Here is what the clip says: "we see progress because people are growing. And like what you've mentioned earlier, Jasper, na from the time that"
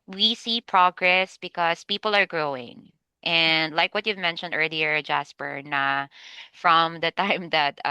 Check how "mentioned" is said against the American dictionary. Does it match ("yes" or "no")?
yes